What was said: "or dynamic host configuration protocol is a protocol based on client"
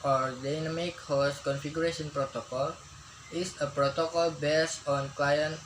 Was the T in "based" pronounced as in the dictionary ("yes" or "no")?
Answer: no